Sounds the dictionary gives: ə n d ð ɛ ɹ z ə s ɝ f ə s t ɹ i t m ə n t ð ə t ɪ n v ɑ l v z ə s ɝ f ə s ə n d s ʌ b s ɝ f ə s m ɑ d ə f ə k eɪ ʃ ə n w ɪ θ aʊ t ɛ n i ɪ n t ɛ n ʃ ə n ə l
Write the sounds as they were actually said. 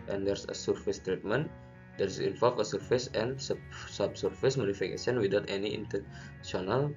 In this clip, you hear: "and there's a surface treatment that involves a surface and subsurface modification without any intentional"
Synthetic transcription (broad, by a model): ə n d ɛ ɹ s ə s ɝ f ə s t ɹ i t m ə n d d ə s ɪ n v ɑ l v ə s ɝ f ə s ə n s s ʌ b s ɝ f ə s m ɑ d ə f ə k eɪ s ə n w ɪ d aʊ t ɛ n i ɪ n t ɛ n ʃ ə n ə l